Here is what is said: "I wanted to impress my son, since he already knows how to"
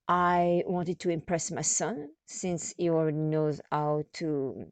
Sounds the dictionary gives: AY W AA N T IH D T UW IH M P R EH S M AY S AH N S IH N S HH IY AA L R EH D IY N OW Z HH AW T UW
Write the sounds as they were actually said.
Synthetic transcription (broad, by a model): AY W AA N T IH D T UW IH M P R EH S M AY S AH N S IH N S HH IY AA L R EH D IY N OW Z HH AW T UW